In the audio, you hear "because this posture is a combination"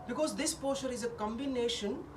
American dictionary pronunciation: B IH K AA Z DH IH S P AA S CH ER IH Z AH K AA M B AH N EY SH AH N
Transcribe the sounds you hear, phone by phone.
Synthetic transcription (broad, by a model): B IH K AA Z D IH S P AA CH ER IH Z AH K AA M B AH N EY SH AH N